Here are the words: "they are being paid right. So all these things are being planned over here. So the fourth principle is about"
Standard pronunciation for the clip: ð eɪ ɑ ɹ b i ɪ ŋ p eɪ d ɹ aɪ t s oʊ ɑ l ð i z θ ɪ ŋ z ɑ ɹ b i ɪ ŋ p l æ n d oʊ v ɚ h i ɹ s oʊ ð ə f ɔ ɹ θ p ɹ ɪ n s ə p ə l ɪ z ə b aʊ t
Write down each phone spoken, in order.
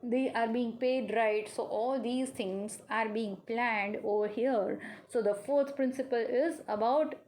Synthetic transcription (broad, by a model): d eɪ ɑ ɹ b i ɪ ŋ p eɪ d ɹ aɪ t s oʊ ɑ l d i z t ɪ ŋ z ɑ ɹ b i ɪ ŋ p l æ n d oʊ v ɚ h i ɹ s oʊ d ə f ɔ ɹ t p ɹ ɪ n s ə p ə l ɪ z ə b aʊ t